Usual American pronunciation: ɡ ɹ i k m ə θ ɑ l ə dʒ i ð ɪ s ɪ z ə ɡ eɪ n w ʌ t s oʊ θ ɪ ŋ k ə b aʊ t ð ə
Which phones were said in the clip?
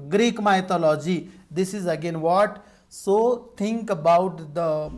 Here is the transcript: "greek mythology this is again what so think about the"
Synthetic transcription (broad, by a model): ɡ ɹ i k m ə t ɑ l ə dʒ i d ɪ s ɪ z ə ɡ eɪ n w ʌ t s oʊ t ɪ ŋ k ə b aʊ t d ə